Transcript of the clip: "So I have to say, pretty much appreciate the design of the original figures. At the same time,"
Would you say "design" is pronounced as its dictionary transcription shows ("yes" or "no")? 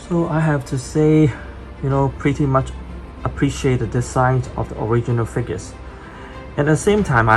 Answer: no